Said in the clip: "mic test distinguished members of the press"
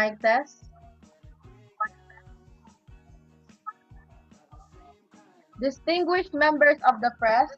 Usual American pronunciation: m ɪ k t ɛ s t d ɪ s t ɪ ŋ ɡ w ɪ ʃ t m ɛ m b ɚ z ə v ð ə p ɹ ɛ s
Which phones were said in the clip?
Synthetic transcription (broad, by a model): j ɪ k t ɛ s d ɪ s t ɪ ŋ ɡ w ɪ ʃ t m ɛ m b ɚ s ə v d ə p ɹ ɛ s